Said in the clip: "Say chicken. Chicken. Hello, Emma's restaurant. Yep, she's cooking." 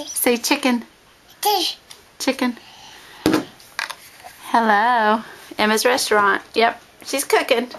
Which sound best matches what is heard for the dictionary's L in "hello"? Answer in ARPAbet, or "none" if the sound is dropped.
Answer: L